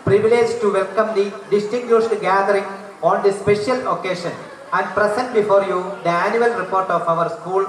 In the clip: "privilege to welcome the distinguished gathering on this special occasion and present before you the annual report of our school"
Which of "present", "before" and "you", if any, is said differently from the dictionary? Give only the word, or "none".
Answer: present